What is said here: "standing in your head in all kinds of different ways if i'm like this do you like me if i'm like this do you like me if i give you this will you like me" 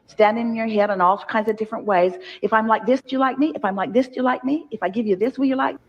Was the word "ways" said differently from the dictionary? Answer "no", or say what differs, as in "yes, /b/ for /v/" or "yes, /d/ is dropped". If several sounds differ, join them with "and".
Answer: no